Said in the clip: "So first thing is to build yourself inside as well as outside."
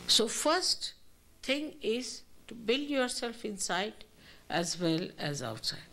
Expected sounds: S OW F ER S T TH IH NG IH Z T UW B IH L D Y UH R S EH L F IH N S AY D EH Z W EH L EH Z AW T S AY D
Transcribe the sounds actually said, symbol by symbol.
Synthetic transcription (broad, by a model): S OW F ER S T T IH NG IH Z T UW B IH L D Y UH R S EH L F IH N S AY D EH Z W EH L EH Z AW T S AY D